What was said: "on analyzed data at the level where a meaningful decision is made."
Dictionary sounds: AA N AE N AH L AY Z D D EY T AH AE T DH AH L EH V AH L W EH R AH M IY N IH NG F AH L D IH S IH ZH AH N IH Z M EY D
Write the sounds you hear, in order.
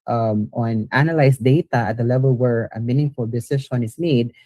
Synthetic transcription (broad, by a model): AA N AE N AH L AY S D D EY T AH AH T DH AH L EH V AH L W EH R AH M IY N IH NG F AH L D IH S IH SH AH N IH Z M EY D